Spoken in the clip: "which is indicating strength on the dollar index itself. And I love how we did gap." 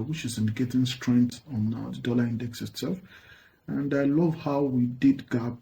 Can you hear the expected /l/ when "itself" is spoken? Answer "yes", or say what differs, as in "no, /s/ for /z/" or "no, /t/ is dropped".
yes